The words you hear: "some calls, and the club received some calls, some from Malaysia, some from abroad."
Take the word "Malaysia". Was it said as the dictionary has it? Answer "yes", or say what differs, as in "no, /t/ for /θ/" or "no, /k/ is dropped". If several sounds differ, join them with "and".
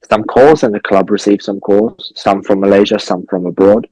yes